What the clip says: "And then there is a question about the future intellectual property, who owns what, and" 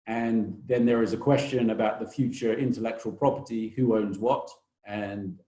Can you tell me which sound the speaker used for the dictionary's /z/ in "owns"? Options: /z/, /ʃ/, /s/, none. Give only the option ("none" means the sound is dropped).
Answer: /z/